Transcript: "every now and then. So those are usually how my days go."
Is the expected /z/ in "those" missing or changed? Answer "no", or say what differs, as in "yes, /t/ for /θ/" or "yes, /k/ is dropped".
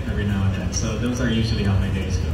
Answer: no